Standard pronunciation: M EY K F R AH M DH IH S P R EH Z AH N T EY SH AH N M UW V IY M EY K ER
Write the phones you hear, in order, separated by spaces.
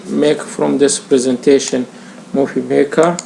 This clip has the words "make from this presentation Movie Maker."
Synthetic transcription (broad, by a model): M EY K F R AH M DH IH S P R EH Z AH N T EY SH AH N M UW F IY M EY K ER